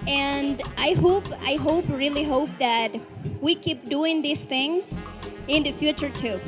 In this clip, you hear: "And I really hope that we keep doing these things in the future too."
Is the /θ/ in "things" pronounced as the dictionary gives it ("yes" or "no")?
yes